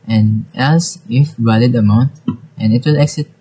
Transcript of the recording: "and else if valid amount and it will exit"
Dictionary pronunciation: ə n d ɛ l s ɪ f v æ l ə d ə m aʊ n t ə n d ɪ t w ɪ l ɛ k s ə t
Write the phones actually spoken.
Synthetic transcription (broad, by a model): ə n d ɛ s ɪ f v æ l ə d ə m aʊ n t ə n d ɪ t w ɪ l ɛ k s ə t